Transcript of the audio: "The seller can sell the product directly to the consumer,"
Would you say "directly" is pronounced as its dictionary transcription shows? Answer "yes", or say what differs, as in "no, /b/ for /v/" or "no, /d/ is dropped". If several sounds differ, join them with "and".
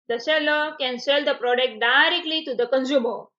yes